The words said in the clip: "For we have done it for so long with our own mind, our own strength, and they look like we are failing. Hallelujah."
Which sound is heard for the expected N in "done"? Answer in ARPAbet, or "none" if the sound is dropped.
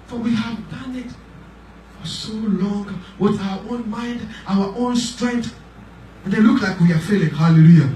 N